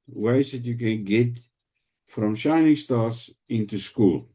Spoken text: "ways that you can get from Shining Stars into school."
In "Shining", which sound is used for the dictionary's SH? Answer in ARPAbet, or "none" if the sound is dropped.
SH